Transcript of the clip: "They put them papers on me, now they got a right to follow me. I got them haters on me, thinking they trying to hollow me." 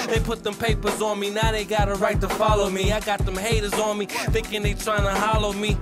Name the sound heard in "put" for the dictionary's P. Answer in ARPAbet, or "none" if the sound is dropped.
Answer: P